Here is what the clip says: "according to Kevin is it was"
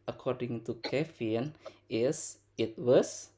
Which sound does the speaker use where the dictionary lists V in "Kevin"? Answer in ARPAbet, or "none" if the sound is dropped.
F